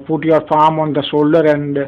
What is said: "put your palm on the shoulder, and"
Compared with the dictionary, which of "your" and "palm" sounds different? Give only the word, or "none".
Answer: palm